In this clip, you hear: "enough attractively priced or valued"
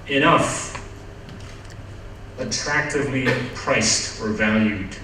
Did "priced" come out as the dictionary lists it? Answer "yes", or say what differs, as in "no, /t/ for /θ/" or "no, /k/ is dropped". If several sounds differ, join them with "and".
yes